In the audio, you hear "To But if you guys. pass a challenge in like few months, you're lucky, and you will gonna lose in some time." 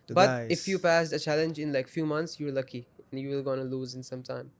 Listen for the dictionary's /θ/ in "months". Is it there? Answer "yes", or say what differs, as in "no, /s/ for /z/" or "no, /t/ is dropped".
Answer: no, /t/ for /θ/